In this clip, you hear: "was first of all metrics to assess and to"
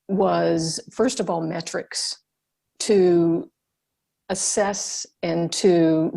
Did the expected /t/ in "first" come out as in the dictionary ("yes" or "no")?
yes